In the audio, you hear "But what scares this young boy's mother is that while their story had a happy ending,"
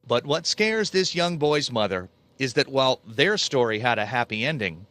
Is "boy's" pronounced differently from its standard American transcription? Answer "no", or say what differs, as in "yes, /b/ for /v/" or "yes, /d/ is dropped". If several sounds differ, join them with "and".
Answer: no